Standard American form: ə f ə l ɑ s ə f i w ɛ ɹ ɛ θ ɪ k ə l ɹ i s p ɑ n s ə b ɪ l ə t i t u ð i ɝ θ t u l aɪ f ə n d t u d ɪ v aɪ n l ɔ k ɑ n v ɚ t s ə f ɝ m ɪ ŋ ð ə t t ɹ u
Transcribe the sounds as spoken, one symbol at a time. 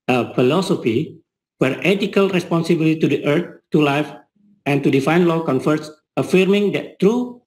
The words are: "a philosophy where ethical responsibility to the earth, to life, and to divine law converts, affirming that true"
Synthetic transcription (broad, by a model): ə f ə l ɑ s ə f i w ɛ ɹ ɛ t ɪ k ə l ɹ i s p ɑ n s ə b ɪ l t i t u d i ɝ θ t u l aɪ f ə n t u d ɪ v aɪ n l ɔ k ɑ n f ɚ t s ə f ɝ m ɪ ŋ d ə t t ɹ u